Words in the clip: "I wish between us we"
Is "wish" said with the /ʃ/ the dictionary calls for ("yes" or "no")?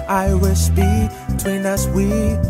no